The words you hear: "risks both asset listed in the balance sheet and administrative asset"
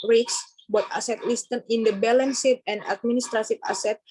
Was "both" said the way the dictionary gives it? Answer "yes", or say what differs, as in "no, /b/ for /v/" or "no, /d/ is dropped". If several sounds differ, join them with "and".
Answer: no, /t/ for /θ/